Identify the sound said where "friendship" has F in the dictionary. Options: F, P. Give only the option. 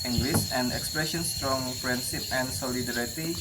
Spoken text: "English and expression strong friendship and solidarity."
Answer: P